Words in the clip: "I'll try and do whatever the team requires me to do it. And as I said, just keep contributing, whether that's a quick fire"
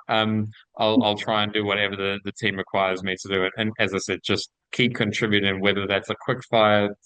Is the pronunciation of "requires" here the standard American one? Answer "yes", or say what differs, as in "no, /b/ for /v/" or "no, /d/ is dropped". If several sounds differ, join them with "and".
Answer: yes